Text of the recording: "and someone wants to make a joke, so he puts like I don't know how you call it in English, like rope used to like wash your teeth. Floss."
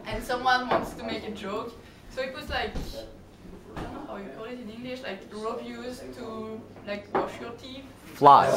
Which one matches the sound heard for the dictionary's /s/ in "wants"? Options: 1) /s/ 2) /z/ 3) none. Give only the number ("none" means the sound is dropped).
1